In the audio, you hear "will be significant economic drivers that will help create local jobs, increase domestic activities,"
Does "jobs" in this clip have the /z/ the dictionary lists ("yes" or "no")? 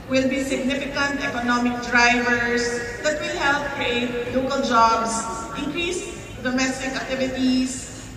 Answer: no